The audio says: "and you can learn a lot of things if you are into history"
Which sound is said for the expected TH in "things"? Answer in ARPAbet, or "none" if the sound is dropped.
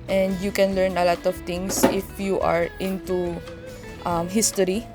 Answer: T